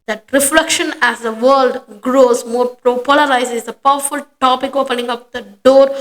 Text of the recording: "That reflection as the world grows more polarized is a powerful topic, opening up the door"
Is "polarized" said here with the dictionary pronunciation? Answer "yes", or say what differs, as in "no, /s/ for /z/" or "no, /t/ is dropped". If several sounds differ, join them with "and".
no, /d/ is dropped